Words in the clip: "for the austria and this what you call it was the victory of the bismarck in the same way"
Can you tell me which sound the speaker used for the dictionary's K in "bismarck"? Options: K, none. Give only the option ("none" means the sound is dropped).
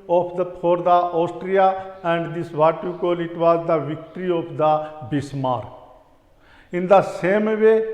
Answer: none